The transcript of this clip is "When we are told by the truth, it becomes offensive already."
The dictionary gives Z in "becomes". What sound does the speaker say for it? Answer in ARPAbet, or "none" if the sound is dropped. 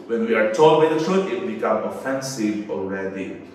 none